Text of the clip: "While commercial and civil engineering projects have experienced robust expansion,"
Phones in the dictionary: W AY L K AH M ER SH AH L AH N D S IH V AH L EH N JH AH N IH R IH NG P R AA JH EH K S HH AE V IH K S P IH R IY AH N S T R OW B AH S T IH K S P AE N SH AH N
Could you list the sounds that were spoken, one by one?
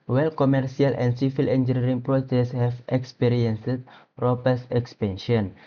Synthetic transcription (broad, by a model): W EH L K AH M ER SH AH L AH N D S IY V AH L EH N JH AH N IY R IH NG P R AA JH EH S HH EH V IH K S P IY R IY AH N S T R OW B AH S IH K S P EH N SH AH N